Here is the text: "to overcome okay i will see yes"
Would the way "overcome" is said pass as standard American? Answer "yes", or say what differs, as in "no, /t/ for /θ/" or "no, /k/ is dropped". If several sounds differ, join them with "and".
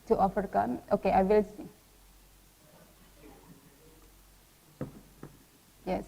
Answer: no, /f/ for /v/